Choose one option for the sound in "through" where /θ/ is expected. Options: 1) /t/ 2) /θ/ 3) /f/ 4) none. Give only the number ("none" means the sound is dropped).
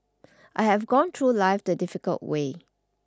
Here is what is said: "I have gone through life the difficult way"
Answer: 1